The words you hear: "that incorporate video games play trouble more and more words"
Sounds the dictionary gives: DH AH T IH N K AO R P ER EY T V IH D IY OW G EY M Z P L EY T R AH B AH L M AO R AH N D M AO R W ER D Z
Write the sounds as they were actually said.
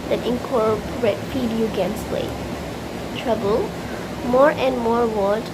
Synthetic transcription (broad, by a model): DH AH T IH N K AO R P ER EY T F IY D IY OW G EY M S P L EY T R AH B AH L M AO R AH N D M AO R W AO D